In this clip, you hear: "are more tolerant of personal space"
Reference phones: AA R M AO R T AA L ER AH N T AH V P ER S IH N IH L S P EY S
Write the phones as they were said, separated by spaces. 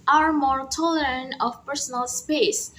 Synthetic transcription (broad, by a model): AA R M AO R T AA L ER AH N T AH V P ER S IH N IH L S P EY S